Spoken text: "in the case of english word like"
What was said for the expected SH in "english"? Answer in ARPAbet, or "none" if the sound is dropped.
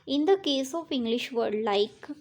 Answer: SH